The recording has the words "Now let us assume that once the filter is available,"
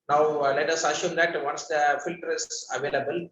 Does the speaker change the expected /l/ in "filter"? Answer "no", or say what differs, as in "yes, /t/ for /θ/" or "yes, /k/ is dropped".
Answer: no